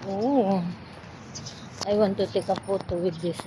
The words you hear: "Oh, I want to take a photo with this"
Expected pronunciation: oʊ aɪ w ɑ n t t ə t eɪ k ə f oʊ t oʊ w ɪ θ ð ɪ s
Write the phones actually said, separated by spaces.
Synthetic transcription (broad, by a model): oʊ aɪ w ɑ n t t ə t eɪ k ə p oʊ t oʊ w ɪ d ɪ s